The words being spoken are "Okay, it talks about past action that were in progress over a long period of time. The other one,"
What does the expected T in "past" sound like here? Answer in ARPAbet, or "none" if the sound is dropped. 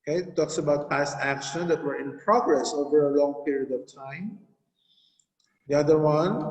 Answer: T